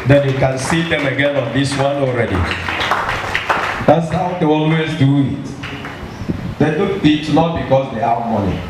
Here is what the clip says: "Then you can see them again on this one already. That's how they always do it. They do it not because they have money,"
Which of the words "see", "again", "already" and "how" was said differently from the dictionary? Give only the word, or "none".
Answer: none